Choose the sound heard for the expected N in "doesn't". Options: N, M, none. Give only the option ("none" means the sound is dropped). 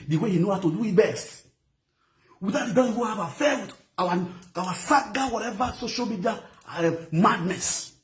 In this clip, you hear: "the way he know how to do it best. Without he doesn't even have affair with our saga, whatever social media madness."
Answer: none